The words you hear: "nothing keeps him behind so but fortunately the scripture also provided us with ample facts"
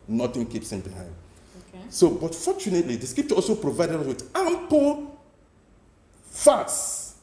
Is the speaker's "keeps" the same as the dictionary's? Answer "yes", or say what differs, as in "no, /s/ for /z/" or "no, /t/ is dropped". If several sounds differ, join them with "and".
yes